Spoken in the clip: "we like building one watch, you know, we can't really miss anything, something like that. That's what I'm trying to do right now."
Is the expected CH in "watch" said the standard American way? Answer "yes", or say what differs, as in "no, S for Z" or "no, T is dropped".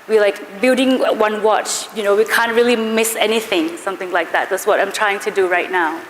yes